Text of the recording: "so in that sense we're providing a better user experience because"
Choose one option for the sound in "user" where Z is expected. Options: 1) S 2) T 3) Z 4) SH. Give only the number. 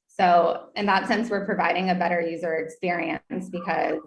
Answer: 3